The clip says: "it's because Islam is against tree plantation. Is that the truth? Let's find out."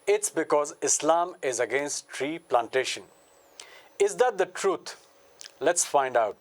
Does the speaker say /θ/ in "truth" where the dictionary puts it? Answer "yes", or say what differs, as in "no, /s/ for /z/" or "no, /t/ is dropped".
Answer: no, /t/ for /θ/